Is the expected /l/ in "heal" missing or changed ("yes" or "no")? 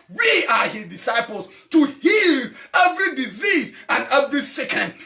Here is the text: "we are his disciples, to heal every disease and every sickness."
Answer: no